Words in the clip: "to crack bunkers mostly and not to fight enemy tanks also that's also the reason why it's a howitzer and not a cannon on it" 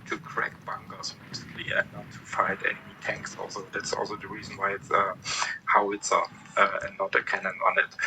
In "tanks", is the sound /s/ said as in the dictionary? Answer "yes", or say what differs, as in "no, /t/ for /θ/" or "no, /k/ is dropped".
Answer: yes